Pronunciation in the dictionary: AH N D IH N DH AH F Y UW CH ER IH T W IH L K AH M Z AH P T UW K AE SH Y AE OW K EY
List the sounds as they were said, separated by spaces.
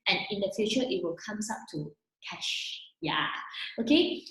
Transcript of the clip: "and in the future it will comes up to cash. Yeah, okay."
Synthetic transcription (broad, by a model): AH N IH N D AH F Y UW CH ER IH T W IH L K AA M S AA P T UW K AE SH Y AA OW K EY